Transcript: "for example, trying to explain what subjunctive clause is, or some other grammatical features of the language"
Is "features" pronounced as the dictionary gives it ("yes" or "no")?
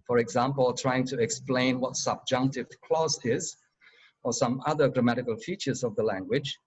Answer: yes